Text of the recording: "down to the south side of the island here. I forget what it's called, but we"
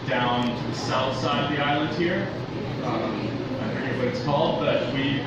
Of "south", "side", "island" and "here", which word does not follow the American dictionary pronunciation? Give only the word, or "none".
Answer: none